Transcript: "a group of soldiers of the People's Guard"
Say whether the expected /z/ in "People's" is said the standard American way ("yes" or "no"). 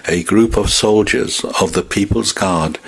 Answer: yes